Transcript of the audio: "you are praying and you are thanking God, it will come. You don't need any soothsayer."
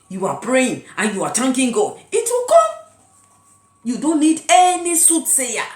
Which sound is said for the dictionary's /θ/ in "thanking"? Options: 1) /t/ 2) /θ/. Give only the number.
1